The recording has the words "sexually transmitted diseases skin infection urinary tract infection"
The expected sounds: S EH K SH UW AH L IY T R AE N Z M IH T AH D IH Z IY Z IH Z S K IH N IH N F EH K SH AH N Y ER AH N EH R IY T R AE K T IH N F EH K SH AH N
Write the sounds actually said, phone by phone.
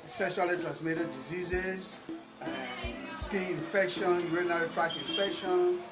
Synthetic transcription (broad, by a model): S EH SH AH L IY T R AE N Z M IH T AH D IH Z IY Z IH Z S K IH IH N F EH K SH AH N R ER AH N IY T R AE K IH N F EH K SH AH N